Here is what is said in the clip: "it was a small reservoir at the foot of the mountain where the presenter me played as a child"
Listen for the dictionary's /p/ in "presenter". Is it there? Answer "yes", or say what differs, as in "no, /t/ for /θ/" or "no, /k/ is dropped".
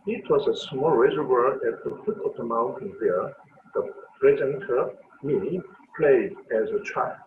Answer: no, /b/ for /p/